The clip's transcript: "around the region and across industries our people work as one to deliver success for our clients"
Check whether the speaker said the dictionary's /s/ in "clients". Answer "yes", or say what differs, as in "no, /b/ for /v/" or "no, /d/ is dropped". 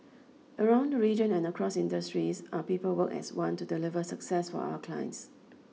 yes